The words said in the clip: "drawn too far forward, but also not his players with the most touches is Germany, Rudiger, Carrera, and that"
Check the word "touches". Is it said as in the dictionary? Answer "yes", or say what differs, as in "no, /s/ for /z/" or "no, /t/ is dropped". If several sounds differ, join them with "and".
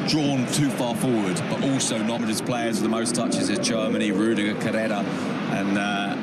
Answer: yes